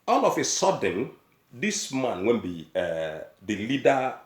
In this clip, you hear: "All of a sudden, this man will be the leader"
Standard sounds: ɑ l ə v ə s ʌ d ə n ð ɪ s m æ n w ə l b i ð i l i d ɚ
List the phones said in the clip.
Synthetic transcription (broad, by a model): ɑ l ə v ə s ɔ d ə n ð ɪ s m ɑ n w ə n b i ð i l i d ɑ